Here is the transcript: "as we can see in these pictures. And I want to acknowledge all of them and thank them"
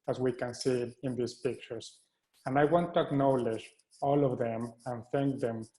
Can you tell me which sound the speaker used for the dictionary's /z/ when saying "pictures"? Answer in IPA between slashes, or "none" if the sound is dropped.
/s/